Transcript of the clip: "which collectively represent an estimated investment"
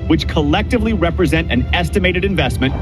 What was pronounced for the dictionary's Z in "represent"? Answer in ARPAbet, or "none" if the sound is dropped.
Z